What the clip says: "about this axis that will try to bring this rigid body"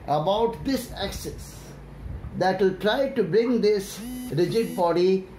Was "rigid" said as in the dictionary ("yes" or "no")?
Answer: yes